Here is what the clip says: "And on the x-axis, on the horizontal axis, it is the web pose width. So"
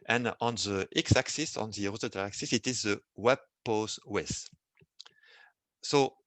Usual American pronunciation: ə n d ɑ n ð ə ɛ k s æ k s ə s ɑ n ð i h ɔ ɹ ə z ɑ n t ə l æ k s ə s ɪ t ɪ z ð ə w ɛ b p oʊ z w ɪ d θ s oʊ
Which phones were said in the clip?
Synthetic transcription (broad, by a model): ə n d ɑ n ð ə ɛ k s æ k s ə s ɑ n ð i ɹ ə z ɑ t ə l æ k s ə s ɪ t ɪ z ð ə w ɛ b p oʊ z w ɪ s s oʊ